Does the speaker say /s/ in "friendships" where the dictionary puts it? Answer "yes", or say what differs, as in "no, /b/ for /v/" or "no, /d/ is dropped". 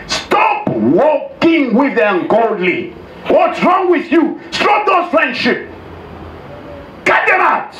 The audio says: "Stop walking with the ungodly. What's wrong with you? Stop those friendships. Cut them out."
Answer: no, /s/ is dropped